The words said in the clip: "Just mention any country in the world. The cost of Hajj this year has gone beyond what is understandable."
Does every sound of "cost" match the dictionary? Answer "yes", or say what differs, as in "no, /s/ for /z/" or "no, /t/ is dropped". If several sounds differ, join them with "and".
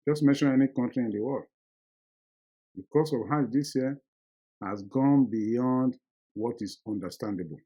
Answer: no, /t/ is dropped